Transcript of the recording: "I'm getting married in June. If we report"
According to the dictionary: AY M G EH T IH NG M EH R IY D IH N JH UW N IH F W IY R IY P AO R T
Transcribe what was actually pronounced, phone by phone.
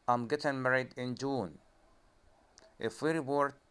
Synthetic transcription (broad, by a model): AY M G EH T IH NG M EH R IY D IH N JH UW N IH F W IY R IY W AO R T